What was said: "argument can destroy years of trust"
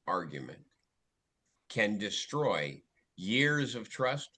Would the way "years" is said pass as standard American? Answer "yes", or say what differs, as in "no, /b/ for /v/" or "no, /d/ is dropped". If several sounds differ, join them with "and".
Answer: yes